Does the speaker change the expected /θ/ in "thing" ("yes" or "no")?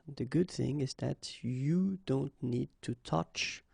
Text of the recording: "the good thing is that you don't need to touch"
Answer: no